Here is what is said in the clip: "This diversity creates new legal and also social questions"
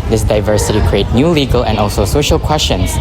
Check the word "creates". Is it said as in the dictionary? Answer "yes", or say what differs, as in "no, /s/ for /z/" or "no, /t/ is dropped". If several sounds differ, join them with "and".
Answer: no, /s/ is dropped